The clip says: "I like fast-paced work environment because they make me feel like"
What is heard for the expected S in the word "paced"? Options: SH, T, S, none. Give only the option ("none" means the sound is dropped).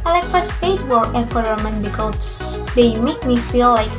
none